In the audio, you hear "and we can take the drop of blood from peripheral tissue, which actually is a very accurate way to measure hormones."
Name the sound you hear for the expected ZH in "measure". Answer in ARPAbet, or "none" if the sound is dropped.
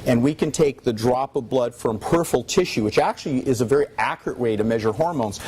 ZH